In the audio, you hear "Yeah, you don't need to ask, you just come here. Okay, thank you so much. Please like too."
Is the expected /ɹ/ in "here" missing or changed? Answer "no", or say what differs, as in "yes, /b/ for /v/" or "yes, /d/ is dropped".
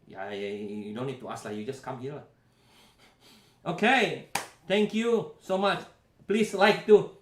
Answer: yes, /l/ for /ɹ/